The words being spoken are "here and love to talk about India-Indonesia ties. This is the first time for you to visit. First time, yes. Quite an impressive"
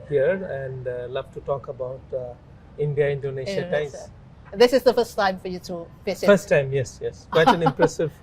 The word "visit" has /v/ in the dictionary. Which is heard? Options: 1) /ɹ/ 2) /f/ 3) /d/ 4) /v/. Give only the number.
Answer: 2